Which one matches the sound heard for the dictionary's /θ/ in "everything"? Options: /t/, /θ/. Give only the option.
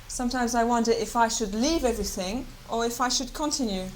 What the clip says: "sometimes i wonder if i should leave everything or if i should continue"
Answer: /θ/